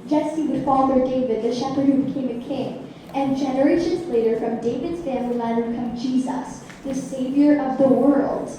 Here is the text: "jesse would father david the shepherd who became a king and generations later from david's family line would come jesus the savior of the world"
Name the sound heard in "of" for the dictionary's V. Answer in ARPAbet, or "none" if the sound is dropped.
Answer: V